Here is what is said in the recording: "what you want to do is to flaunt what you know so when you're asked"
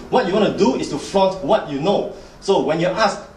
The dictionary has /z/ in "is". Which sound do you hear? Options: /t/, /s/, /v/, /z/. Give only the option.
/s/